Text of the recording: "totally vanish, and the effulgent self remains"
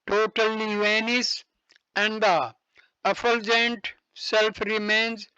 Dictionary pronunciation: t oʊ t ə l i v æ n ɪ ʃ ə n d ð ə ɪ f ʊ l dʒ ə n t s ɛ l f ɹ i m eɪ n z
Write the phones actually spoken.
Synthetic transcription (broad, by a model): t oʊ t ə l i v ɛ n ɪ s ə n d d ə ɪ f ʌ l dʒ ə n t s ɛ l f ɹ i m eɪ n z